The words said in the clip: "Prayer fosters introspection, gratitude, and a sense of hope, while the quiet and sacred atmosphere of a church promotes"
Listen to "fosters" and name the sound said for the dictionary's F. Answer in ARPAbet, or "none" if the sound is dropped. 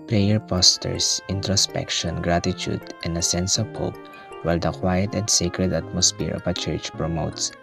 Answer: P